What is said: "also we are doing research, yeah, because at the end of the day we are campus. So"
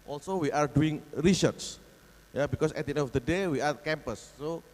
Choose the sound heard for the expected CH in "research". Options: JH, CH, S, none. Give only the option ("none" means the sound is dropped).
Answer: S